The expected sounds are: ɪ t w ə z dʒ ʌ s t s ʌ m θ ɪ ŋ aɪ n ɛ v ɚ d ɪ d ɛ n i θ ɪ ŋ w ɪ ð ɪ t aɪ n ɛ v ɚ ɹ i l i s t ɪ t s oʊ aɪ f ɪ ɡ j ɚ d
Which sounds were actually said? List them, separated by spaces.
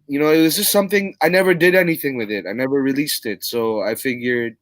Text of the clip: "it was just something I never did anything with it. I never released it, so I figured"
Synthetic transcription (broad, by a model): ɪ t w ə z dʒ ʌ s t s ʌ m θ ɪ ŋ aɪ n ɛ v ɚ d ɪ d ɛ n i θ ɪ ŋ w ɪ ð ɪ t aɪ n ɛ v ɚ ɹ i l i s t ɪ t s oʊ aɪ f ɪ ɡ j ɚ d